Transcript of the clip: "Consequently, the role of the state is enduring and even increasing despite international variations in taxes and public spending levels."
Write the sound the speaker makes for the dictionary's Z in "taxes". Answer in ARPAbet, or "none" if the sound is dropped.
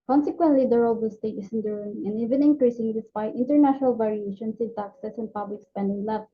S